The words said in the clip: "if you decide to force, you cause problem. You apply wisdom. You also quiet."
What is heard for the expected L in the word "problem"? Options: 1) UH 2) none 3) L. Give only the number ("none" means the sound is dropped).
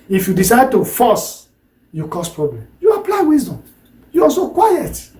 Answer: 3